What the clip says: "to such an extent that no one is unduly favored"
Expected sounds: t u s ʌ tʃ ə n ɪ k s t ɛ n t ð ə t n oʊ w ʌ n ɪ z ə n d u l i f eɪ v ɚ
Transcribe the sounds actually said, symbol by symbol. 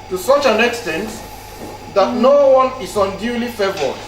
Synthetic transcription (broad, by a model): t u s ʌ tʃ ə n ɪ k s t ɛ n t ð ə t n oʊ w ʌ n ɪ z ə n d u l i f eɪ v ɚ